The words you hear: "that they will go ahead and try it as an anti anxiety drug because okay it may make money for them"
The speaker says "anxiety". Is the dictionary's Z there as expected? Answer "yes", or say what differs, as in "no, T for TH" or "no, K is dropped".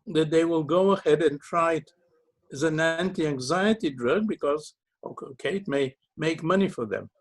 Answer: yes